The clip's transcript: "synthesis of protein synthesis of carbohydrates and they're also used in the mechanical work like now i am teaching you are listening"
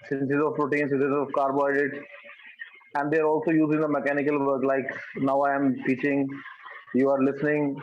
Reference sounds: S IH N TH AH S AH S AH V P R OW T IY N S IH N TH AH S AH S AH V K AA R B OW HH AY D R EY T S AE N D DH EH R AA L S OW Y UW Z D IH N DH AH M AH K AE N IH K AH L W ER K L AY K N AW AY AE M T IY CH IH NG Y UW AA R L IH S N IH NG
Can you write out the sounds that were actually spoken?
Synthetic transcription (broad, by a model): S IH N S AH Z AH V R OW T IY N S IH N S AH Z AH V K AA R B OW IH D EY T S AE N D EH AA R AA L S OW Y UW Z IH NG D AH M AH K AE N IH K AH L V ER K L AY K N AW AY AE M T IY CH IH NG Y UW AA R L IH S N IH NG